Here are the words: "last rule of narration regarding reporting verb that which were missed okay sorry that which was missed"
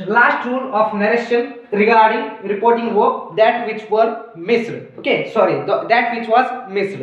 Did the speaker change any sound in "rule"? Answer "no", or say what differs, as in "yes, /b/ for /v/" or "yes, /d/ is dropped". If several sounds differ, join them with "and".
yes, /n/ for /l/